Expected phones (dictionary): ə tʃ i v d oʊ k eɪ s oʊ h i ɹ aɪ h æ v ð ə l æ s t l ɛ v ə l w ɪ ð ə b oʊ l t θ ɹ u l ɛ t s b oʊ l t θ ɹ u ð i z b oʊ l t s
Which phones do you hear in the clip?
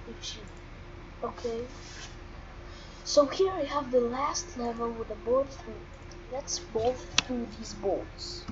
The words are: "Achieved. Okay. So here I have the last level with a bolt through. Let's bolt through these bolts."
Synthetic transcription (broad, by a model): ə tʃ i oʊ k eɪ s oʊ h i ɹ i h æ v ð ə l æ s t l ɛ v ə l w ɪ ð ə b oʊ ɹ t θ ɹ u l ɛ t s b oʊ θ θ ɹ u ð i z b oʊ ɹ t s